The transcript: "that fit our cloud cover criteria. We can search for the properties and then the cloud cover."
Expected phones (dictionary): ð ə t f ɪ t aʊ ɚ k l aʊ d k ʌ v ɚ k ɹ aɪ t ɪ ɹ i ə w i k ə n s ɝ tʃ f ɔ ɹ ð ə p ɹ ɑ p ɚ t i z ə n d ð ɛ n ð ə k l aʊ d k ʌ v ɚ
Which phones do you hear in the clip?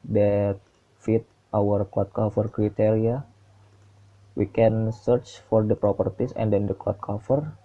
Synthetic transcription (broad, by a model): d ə t f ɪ t aʊ ɚ k ɔ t k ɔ f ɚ k ɹ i t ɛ ɹ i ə w i k ə n s ɝ tʃ f ɔ ɹ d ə p ɹ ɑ p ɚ t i s ə n d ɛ n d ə k ɔ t k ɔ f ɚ